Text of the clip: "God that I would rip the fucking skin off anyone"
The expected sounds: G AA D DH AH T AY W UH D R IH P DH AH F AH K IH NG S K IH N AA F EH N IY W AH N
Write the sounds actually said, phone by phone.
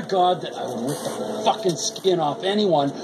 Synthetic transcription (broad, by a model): G AA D DH AH T AY W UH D W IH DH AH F AH K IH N S K IH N AA F EH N IY W AH N